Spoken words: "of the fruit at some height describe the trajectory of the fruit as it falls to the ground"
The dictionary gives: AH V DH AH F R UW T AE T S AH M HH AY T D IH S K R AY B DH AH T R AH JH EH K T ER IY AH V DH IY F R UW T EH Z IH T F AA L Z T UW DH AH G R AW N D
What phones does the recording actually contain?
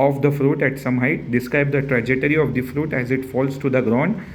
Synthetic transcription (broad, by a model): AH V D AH F R UW T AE T S AH M HH AY T D IH S K R AY B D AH T R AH JH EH T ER IY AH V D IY F R UW T EH Z IH T F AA L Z T UW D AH G R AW N D